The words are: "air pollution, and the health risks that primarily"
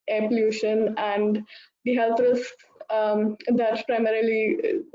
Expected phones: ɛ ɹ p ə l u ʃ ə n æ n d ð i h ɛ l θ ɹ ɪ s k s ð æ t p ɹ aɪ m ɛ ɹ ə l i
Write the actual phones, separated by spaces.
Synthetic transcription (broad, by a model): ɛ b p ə l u ʃ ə n æ n d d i h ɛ l t ɹ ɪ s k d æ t p ɹ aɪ m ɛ ɹ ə l i